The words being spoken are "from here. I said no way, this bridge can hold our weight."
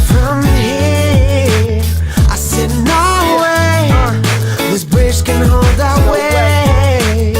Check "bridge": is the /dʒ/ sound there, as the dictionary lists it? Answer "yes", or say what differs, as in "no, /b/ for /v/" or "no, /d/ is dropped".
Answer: no, /ʃ/ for /dʒ/